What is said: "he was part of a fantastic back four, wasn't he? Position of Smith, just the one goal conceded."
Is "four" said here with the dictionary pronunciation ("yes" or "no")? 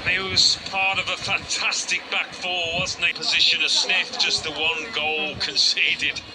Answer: no